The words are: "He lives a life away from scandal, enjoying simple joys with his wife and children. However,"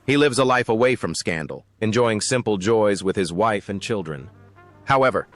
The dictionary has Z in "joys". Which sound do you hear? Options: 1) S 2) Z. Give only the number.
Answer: 2